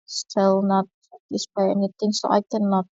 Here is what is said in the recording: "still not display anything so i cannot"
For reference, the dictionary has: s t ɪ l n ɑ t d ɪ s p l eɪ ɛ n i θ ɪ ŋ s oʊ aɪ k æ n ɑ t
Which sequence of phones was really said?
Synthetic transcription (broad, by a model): s t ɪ l n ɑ t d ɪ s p eɪ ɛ n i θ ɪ ŋ s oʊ aɪ k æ n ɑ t